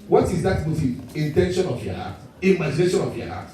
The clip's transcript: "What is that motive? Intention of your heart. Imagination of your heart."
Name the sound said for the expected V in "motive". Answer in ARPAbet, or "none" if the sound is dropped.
none